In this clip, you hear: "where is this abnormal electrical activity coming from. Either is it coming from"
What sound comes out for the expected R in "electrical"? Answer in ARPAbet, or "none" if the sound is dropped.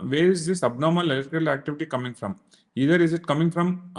none